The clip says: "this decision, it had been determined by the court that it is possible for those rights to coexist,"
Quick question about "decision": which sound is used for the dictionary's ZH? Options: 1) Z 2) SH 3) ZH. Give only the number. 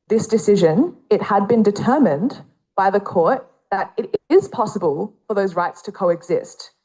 3